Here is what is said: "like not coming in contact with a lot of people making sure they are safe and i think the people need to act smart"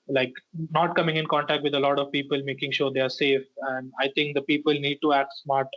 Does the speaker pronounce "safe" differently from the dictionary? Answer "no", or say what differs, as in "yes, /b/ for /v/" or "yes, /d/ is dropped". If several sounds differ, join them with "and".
no